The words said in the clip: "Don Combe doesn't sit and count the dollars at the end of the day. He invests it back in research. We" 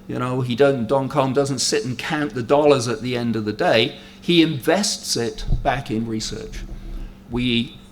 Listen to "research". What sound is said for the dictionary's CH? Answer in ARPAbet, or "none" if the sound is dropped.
CH